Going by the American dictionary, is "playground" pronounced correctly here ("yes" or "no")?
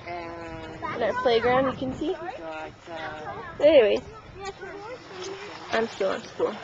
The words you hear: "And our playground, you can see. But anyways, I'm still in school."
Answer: yes